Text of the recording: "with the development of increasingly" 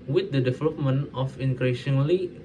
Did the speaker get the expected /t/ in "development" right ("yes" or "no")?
no